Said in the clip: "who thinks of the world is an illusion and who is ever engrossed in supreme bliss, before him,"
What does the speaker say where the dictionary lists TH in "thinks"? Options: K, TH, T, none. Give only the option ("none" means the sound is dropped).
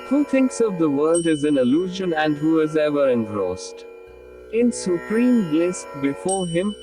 T